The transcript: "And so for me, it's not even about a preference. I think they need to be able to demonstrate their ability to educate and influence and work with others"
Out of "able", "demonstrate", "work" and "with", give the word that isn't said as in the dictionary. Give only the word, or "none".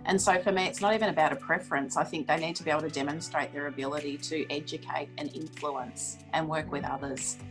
able